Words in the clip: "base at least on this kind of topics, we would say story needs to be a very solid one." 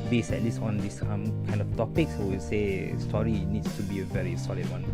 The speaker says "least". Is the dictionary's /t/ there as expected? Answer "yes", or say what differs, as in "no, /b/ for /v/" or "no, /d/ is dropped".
no, /t/ is dropped